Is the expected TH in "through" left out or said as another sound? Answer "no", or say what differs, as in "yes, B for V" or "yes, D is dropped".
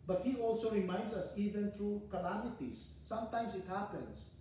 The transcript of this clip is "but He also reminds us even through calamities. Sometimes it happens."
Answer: yes, T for TH